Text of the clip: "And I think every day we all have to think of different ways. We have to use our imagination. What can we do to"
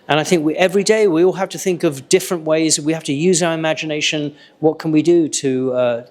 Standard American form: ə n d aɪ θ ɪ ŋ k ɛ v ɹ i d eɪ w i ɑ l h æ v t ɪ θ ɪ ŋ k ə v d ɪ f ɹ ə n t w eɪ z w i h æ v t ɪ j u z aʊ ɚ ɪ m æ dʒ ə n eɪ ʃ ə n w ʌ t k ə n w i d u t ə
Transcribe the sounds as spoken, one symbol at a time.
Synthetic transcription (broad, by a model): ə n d aɪ θ ɪ ŋ k ɛ v ɹ i d eɪ w i ɑ l h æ f t ɪ θ ɪ ŋ k ə v d ɪ f ɹ ə n t w eɪ z w i h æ f t ɪ j u z aʊ ɚ ɪ m æ dʒ ə n eɪ ʃ ə n w ʌ t k ə n w i d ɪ t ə